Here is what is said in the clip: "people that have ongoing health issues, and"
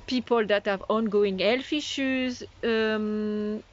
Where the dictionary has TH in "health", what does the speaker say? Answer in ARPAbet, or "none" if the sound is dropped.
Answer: F